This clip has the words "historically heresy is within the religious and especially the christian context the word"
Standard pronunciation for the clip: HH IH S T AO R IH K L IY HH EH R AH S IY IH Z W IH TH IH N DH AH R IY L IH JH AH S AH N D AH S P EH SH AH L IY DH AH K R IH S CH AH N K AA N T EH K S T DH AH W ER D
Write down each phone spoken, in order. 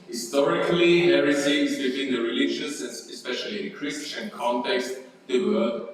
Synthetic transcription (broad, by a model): HH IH S T AO R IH K L IY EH R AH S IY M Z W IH T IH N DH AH R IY L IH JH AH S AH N AH S P EH SH AH L IY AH K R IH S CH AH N K AA N T EH K S T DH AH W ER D